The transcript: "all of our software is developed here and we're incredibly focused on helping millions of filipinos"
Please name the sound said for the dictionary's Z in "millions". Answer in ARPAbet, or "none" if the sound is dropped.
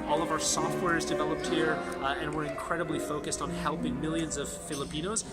Z